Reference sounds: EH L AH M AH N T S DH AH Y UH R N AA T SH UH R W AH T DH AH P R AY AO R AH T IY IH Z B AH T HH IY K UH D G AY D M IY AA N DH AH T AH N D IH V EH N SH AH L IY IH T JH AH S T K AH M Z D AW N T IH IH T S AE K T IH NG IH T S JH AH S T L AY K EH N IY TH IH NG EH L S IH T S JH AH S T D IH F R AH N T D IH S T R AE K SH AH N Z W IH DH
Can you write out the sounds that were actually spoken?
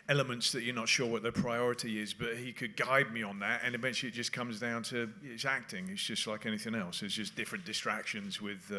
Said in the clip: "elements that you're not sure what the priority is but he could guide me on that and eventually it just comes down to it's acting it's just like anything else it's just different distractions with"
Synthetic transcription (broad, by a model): EH L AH M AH N T S DH AH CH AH R N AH T SH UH R W AH T DH AH P R AY AO R AH T IY IH Z B AH T HH IY K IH D G AY D M IY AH N DH AH T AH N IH V EH N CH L IY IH T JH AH S K AH M Z D AW N T IH IH T S AE K T IH NG IH T S JH AH S T L AY K EH N IY TH IH NG EH L S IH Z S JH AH S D IH F R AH N D IH S T R AE K SH AH N Z W IH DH